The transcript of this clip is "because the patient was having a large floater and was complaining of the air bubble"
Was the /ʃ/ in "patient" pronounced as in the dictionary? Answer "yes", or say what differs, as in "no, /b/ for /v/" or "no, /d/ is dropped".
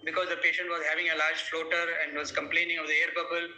yes